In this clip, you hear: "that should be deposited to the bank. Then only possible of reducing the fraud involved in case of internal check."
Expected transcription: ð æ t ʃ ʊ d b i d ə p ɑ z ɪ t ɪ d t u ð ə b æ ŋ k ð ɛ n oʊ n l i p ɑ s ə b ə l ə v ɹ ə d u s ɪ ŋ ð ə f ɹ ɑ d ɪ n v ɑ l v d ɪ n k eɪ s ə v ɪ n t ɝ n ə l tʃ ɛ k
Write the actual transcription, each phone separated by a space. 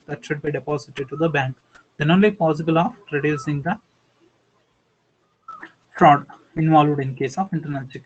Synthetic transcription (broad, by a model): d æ t ʃ ʊ d b i d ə p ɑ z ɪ t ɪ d t u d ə b æ ŋ k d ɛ n oʊ n l i p ɑ s ə b ə l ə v ɹ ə d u s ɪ ŋ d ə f ɹ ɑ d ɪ n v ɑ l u d ɪ n k eɪ s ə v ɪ n t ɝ n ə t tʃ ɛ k